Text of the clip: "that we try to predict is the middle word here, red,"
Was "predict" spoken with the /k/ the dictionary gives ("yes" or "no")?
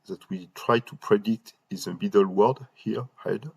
no